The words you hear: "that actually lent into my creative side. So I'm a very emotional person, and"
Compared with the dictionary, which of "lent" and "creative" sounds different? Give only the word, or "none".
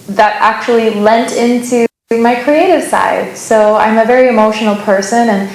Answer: none